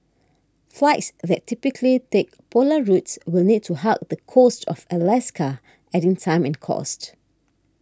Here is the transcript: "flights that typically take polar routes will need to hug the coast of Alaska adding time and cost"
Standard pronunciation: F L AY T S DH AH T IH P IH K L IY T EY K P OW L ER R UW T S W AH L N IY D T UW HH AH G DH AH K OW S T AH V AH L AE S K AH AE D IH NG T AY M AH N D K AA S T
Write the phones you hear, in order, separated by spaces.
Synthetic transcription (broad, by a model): F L AY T S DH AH T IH P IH K L IY T EY K P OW L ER R UW T S W AH L N IY D T UW HH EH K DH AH K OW S T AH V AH L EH S K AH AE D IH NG T AY M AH N K AA S T